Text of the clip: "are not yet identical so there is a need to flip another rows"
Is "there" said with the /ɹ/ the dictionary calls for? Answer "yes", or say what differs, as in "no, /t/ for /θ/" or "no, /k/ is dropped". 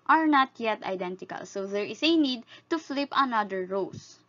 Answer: yes